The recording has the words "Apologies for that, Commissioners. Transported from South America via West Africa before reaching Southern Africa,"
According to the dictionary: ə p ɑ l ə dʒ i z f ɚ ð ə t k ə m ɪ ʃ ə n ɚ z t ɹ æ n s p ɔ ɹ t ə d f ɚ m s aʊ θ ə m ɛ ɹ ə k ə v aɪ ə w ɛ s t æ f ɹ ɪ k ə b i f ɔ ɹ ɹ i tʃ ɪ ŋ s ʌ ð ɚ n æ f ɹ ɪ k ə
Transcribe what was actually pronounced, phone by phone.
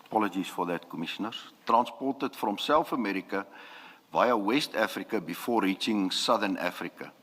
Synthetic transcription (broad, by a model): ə p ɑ l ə dʒ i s f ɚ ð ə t k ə m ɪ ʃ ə n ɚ s t ɹ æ n s p ɔ ɹ t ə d f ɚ m s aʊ f ə m ɛ ɹ ə k ə v aɪ ə w ɛ s t æ f ɹ ɪ k ə b i f ɔ ɹ ɹ i tʃ ɪ ŋ s ʌ ð ɚ n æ f ɹ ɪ k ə